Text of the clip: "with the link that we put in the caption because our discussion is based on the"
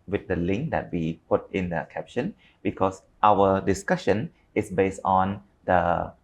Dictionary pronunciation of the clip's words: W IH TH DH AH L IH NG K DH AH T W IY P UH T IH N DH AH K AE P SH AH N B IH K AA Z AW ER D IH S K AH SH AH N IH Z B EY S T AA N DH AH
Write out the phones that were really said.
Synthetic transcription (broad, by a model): W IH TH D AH L IH NG K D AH T W IY P UH T IH N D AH K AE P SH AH N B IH K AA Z AW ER D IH S K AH SH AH N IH S B EY S T AA N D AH